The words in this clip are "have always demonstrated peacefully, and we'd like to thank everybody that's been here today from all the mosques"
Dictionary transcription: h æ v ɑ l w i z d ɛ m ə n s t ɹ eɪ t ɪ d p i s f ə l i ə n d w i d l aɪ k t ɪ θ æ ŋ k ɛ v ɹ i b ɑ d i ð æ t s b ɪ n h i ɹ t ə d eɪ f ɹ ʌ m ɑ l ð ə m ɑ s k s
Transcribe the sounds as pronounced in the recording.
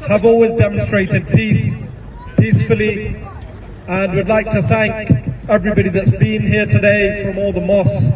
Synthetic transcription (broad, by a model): h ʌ v ɑ l w i z d ɛ m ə n s t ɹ eɪ t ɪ d p i s f ə l i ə n w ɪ d l aɪ k t ɪ θ æ ŋ k ɛ v ɹ i b ɑ d i ð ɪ t s b ɪ n h i ɹ t ə d eɪ f ɹ ʌ m ɑ l ð ə m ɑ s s